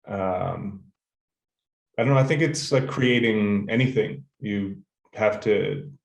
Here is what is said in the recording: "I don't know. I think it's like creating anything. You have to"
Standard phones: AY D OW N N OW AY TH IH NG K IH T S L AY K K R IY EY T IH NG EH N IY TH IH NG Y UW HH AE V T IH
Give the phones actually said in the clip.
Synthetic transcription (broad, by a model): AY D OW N N OW AY TH IH NG K IH T S L AY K K R IY EY T IH NG EH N IY TH IH NG Y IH HH AE F T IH